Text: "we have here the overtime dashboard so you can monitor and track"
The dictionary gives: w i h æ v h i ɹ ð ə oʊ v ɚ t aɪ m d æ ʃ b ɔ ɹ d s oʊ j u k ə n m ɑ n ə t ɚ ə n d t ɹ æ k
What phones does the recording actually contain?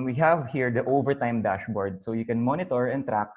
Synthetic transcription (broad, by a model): w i h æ v h i ɹ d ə oʊ v ɚ t aɪ m d æ ʃ b ɔ ɹ d s oʊ j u k ə n m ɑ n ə t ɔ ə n t ɹ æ k